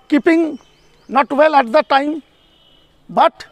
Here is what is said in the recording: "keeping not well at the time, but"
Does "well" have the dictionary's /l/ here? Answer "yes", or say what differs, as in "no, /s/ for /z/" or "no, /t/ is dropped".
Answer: yes